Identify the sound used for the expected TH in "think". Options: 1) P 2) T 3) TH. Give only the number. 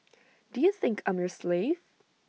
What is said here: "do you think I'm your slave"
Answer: 3